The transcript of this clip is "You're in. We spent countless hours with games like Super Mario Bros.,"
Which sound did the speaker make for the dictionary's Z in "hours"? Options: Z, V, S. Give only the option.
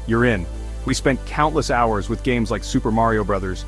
Z